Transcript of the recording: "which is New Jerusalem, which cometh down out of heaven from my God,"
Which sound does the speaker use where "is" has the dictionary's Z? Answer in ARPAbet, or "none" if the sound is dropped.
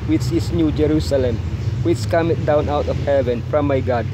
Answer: S